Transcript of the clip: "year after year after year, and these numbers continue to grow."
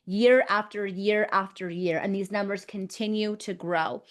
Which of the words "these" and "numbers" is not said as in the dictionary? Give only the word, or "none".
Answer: none